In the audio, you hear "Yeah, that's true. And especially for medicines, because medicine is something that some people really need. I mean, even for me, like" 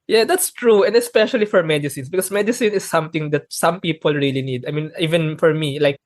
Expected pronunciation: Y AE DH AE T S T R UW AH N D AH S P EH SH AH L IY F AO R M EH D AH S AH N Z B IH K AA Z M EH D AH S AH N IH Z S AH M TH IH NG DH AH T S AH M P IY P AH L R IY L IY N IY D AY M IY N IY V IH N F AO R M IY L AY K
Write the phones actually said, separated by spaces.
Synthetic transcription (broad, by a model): Y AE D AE T S T R UW AH N D AH S P EH SH AH L IY F AO R M EH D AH S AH N S B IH K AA S M EH D AH S AH N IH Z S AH M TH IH NG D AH T S AH M P IY P AH L R IY L IY N IY D AY M IY N IY V IH N F AO R M IY L AY K